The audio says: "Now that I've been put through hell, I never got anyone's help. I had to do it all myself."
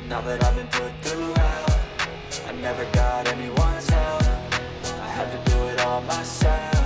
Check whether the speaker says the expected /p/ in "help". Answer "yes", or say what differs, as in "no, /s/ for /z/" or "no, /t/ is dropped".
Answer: no, /f/ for /p/